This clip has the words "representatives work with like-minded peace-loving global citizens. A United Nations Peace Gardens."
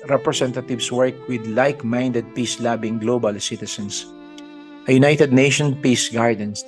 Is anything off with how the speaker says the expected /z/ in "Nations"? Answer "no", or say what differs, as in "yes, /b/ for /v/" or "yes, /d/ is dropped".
yes, /z/ is dropped